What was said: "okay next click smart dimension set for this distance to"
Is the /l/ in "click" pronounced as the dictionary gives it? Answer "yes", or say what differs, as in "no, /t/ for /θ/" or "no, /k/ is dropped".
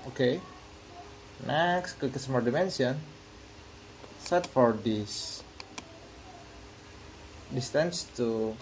no, /l/ is dropped